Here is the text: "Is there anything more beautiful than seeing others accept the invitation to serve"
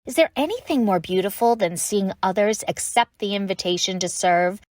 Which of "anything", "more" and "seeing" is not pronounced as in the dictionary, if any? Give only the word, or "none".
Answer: none